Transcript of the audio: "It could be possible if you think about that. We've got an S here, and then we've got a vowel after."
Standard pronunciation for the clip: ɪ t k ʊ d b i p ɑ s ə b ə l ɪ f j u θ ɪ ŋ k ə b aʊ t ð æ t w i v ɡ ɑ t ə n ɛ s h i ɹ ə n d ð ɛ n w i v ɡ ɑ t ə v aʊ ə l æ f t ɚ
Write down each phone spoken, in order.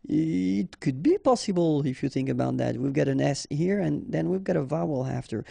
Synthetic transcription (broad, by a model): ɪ t k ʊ d b i p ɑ s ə b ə l ɪ f j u θ ɪ ŋ k ə b aʊ t ð æ t w i v ɡ ɑ t ə n ɛ s h i ɹ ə n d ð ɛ n w i v ɡ ɑ t ə v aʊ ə l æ f t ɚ